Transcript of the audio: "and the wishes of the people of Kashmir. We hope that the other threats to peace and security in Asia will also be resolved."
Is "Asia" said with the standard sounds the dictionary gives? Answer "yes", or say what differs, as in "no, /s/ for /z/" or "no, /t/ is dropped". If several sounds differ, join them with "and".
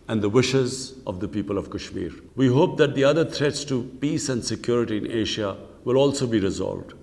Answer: no, /ʃ/ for /ʒ/